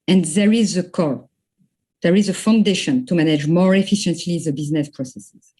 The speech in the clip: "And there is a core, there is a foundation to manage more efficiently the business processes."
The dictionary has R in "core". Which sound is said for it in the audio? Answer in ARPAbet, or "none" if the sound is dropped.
L